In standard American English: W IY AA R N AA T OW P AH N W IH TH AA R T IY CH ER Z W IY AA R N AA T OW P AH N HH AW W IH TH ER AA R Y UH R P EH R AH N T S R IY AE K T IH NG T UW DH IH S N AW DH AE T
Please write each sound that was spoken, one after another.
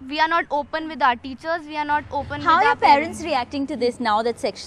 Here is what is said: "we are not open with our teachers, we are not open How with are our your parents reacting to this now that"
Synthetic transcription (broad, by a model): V IY AA R N AA T OW P AH N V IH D AA R T IY CH ER Z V IY AA R N AA T OW P AH N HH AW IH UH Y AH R P EH R AH N T S R IY AE K T IH NG T UW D IH S N AW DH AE T